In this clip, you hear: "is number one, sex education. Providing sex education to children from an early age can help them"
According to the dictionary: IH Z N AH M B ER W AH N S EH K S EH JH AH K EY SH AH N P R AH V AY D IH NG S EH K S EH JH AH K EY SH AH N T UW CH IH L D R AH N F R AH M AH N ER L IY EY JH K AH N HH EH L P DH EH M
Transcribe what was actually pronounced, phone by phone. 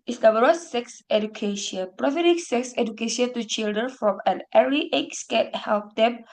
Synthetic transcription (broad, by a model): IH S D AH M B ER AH S EH K S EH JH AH K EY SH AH N P R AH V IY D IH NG S EH K S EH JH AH K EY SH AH N T UW CH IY L D R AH N F R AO M AH N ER IY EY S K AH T HH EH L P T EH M